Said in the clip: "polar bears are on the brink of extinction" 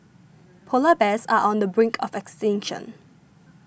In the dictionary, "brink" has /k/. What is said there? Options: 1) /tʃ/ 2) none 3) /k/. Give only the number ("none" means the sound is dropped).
3